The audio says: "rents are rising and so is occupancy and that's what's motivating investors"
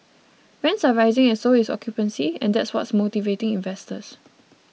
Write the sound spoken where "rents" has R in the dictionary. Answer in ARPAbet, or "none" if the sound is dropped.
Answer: W